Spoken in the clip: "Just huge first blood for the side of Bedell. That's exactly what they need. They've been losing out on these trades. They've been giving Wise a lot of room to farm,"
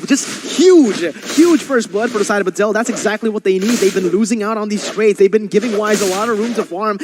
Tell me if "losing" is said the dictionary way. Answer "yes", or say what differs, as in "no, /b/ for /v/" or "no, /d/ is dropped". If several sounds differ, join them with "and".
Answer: yes